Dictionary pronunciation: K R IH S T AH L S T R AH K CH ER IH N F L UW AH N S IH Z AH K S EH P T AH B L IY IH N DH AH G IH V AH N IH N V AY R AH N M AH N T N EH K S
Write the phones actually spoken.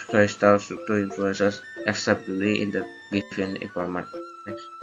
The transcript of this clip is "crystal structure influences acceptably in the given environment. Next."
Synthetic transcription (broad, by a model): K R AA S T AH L S T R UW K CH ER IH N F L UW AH N S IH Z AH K S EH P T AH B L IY IH N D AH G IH F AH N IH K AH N M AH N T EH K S